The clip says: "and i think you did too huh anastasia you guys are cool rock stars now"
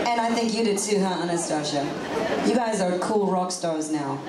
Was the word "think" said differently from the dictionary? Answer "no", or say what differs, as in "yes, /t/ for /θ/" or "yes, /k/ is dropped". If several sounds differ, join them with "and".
no